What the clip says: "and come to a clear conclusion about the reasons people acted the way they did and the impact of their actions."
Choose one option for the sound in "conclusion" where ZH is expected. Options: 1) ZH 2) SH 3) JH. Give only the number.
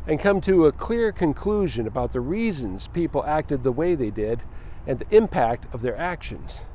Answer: 1